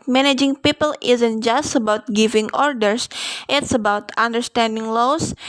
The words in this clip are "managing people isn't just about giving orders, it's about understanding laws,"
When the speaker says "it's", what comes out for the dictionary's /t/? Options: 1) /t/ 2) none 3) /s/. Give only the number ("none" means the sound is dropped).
1